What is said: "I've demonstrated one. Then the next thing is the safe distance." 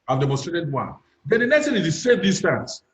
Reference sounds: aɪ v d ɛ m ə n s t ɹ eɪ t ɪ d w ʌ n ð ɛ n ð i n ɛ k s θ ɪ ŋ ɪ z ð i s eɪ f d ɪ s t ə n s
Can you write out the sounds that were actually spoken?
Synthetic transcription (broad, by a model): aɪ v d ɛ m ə s t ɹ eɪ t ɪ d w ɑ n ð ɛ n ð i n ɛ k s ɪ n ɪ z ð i s eɪ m d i s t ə n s